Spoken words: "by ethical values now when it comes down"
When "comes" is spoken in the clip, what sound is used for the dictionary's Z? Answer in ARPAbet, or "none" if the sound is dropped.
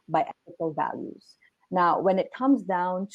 Z